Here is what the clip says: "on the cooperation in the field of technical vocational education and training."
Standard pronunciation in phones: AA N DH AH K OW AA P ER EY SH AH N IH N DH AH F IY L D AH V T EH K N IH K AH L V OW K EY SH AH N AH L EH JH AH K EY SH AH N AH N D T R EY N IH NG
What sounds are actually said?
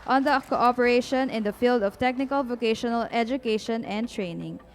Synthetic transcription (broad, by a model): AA N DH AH K OW AA P ER EY SH AH N IH N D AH F IY L D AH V T EH K N IH K AH L V OW K EY SH AH N AH L EH JH AH K EY SH AH N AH N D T R EY N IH NG